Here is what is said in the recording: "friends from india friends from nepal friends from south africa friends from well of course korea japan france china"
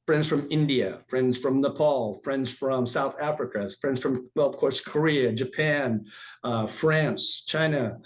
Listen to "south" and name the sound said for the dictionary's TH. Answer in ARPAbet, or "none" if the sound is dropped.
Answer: TH